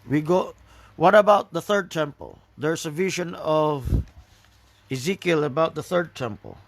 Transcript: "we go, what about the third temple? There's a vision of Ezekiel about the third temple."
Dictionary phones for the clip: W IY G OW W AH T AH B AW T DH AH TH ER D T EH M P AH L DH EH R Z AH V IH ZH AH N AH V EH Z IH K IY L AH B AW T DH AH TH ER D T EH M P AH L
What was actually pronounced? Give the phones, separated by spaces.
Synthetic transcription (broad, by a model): W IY G OW W AH T AH B AW T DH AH TH ER D T EH M P AH L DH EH R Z AH V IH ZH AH N AH V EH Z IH K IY L AH B AW T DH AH TH ER D T EH M P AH L